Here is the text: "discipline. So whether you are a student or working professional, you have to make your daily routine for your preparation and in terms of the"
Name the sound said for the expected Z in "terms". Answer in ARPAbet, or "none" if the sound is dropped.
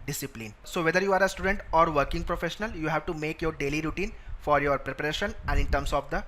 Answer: S